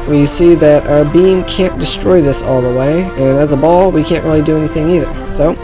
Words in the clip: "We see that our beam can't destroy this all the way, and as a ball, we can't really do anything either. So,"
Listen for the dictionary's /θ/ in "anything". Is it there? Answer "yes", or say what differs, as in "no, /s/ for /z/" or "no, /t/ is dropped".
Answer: yes